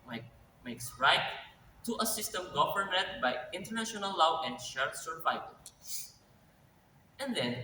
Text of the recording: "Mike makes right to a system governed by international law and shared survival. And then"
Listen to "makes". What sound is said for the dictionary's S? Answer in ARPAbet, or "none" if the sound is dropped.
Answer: S